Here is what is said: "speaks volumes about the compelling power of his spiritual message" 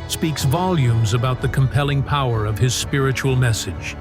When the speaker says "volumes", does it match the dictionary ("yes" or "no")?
yes